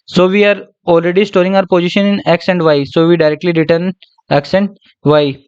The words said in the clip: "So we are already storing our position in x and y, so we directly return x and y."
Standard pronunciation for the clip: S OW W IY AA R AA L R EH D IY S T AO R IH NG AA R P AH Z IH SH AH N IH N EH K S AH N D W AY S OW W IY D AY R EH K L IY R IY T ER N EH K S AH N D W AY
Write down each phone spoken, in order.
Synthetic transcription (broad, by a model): S OW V IY AA R AA L R EH D IY S T AO R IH NG AA R P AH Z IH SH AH N IH N EH K S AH N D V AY S OW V IY D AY R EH K L IY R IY T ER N EH K S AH N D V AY